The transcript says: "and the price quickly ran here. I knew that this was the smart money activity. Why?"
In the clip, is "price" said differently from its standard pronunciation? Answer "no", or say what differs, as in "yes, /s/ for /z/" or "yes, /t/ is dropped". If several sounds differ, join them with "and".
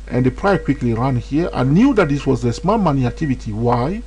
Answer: yes, /s/ is dropped